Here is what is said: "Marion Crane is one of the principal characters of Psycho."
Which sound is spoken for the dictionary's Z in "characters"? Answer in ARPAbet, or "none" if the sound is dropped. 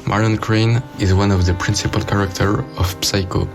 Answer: none